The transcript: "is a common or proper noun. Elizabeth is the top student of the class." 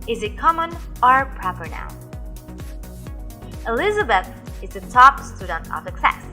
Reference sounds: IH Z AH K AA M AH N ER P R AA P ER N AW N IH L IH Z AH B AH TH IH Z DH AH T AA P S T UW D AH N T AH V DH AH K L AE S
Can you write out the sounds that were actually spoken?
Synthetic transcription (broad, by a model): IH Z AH K AA M AH N ER P R AA P ER N AW IH L IH Z AH B AH TH IH Z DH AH T AA P S T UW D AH N T AH V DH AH K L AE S